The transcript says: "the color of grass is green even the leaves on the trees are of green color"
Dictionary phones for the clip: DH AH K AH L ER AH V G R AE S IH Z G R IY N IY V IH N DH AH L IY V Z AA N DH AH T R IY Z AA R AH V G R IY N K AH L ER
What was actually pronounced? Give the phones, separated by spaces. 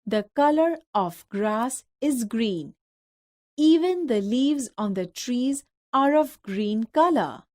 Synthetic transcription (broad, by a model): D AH K AH L ER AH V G R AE S IH Z G R IY N IY V IH N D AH L IY V Z AA N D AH T R IY Z AA R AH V G R IY N K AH L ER